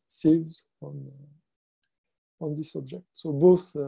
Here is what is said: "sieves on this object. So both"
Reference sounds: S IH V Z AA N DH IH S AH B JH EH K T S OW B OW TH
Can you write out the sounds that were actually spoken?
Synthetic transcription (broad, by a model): S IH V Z AA N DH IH S AH B JH EH K T S OW B OW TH